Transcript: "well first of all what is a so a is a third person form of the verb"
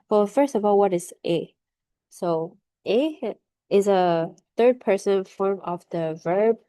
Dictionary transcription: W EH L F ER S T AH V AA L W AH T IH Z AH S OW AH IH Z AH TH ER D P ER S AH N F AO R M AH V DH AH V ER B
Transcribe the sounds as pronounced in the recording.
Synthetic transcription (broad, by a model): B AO F ER S T AH V AA L W AH T IH Z AH S OW AH IH Z AH TH ER D P ER S AH N F AO R M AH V DH AH V ER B